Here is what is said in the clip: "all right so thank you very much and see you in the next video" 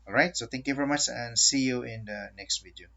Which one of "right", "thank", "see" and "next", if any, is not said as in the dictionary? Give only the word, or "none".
thank